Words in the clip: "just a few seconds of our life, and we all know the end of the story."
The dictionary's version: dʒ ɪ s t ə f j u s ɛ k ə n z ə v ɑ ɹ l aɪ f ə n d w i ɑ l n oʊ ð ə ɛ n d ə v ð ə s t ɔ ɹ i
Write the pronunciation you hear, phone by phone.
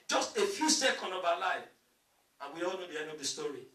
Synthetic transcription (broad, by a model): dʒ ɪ s t ə f j u s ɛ k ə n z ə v ɑ l aɪ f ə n w i ɑ l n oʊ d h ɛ d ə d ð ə s t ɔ ɹ i